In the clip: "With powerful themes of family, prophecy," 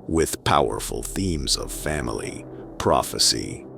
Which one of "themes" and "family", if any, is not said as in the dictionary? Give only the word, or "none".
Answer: none